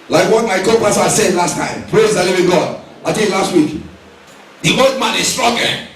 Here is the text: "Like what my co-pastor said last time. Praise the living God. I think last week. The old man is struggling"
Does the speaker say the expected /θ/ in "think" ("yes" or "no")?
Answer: no